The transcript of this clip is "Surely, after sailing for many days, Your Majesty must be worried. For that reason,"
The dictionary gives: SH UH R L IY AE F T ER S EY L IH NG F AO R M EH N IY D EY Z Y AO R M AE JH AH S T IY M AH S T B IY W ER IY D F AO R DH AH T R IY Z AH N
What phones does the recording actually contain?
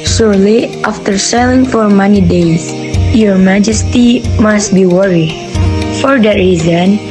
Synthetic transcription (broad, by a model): SH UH R L IY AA F T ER S EY L IH NG F AO R M EH N IY D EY S Y AO R M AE JH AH S T IY M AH S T B IY W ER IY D F AO R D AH T R IY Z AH N